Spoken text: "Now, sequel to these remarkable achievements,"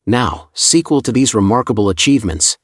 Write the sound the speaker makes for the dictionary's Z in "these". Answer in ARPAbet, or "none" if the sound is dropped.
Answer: Z